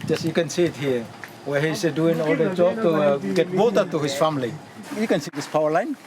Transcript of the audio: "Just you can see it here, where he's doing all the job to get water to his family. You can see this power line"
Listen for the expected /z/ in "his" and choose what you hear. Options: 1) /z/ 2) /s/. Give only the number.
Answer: 2